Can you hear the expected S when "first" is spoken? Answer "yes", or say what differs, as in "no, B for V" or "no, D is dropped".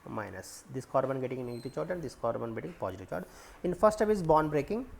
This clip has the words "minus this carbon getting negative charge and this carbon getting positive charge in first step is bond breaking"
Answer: no, S is dropped